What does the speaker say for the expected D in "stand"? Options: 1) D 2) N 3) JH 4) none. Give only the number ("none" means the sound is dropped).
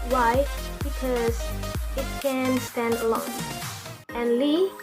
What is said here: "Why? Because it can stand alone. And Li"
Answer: 1